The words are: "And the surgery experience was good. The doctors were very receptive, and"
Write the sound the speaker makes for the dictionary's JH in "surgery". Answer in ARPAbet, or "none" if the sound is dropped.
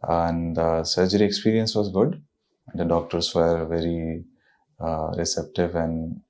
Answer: JH